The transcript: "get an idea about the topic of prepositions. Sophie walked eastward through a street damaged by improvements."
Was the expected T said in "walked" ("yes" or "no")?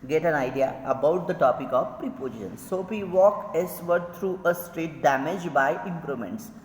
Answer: no